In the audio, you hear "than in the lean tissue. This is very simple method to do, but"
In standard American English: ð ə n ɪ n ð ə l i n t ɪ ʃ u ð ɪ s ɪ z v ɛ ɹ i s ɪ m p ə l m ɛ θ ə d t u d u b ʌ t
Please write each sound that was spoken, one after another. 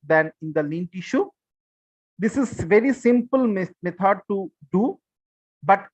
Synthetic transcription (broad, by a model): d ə n ɪ n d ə l i n t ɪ ʃ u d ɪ s ɪ z v ɛ ɹ i s ɪ m p ə l m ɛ t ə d t u d u b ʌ t